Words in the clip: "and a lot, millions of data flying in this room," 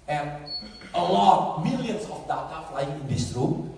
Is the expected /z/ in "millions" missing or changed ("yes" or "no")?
yes